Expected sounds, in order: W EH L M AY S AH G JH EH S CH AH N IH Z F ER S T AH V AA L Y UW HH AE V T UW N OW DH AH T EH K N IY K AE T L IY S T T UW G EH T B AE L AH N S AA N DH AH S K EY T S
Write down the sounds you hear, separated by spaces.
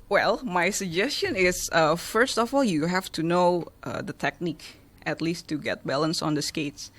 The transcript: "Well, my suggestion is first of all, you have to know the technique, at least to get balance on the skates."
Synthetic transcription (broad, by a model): W EH L M AY S AH G JH EH S CH AH N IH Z F ER S T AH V AA L Y UW HH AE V T UW N OW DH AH T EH K N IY K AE T L IY S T T UW G EH T B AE L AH N S AA N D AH S K EY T S